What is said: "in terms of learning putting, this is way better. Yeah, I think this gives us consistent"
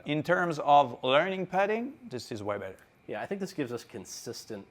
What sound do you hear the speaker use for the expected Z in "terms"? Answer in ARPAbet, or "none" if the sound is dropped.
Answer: Z